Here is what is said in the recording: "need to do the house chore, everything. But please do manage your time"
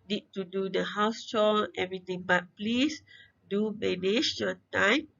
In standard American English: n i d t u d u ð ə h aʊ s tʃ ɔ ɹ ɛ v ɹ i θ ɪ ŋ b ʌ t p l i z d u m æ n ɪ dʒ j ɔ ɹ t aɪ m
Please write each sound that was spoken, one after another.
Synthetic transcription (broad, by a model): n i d t u d u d ə h aʊ s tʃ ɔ l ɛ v ɹ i t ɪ ŋ b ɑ t p l i s d u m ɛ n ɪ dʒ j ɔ t aɪ m